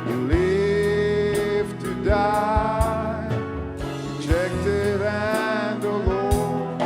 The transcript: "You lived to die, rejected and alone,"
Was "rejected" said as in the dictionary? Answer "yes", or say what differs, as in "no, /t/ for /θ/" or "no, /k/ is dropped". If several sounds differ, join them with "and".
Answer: no, /tʃ/ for /dʒ/